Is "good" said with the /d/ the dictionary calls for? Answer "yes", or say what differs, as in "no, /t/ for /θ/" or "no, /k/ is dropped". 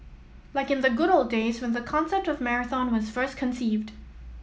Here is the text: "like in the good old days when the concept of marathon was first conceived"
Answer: yes